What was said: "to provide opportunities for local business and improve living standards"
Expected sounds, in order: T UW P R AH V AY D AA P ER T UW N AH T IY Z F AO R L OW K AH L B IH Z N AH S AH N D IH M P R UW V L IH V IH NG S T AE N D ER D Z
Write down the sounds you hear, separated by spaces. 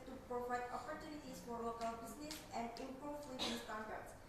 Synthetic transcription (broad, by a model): T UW P R AH V AY D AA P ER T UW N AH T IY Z F AO R L OW K AH L B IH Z N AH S AH N D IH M P R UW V W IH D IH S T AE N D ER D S